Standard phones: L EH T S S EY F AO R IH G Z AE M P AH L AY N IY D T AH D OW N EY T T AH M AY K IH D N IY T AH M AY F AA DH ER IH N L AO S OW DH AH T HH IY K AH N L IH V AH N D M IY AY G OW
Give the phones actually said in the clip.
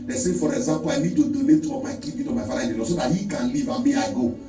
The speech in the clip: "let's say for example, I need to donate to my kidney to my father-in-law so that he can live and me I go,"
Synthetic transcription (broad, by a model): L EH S S EY F AO R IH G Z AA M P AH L AY N IY D T AH D OW N EY T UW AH M AY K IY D IY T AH M AY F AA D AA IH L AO S OW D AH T HH IY K AH N L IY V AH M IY AY G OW